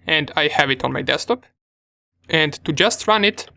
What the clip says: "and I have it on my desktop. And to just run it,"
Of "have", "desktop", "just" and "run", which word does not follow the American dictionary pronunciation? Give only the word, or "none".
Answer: desktop